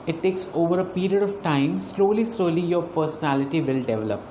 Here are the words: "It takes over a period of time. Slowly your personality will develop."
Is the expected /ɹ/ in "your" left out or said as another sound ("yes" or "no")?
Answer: yes